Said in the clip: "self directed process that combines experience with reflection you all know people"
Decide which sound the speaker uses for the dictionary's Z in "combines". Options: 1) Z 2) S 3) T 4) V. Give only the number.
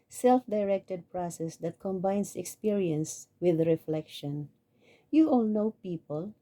2